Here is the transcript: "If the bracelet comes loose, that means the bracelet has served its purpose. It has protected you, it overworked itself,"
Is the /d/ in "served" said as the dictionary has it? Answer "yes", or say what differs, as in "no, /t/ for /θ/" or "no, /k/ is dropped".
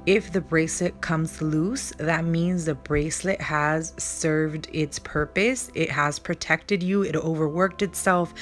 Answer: yes